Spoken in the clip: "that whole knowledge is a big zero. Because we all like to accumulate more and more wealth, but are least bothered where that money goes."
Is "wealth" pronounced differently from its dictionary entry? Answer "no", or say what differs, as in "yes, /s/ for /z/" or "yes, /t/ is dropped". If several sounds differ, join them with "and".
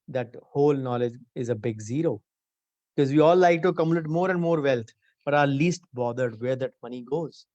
yes, /t/ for /θ/